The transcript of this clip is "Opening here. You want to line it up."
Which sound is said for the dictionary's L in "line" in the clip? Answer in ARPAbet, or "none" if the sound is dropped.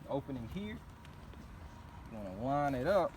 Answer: W